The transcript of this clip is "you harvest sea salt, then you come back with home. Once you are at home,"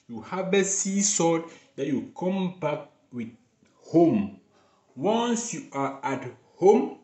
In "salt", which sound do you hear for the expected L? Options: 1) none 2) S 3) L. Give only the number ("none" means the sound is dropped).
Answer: 1